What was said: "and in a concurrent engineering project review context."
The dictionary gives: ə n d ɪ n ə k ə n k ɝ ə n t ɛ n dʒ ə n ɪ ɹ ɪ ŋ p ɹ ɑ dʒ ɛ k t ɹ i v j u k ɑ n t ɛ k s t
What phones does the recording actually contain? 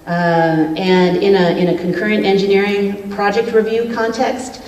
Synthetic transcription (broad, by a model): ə n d ɪ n ə k ə n k ɝ ə n t ɛ n dʒ ə n ɪ ɹ ɪ ŋ p ɹ ɑ dʒ ɛ k t ɹ i v j u k ɑ n t ɛ k s t